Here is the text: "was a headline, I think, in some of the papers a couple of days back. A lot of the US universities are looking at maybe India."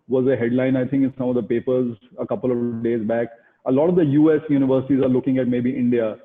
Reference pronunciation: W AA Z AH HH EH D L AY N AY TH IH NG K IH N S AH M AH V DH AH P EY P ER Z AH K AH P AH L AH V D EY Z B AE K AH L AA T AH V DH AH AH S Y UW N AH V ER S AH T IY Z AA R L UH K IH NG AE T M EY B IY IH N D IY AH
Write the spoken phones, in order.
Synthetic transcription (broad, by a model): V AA Z AH HH EH D L AY N AY T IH NG K IH N S AH M AH V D AH P EY P ER Z AH K AH P AH L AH D EY Z B AE K AH L AA T AH V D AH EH S Y UW N AH V ER S AH T IY Z AA R L UH K IH NG AE T M EY B IY IH N D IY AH